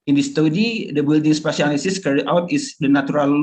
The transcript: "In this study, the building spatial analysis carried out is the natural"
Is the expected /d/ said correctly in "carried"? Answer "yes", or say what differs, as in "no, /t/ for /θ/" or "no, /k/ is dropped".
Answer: no, /d/ is dropped